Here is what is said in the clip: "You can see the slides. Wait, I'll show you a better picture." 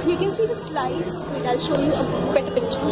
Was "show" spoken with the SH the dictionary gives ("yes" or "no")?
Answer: yes